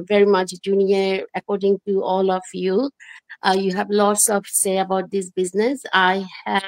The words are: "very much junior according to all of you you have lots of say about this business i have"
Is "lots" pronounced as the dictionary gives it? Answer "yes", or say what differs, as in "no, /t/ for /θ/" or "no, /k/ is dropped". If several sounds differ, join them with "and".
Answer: yes